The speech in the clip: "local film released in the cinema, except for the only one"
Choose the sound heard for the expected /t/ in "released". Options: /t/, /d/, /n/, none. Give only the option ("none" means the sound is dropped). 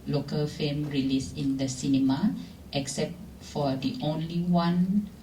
none